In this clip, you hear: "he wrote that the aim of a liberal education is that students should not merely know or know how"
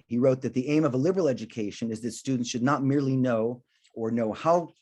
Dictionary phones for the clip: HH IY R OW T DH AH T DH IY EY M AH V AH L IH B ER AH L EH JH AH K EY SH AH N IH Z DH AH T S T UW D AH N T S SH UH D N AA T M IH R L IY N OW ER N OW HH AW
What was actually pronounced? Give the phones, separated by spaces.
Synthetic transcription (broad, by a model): HH IY R OW T DH AH T DH IY EY M AH V AH L IH B ER L EH JH AH K EY SH AH N IH Z DH AH T S T UW D N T S SH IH D N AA T M IH R L IY N OW ER N OW HH AW